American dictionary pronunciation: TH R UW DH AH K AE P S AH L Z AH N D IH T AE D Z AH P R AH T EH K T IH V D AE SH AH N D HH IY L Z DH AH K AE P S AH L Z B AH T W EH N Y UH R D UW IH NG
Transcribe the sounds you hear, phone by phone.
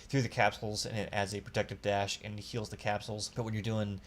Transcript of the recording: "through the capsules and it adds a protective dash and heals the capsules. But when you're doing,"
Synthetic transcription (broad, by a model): TH R UW DH AH K AE P S L Z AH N IH T AE D Z AH P R AH T EH K T IH V D AE SH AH N HH IY L Z DH AH K AE P S L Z B AH T W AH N Y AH R D UW IH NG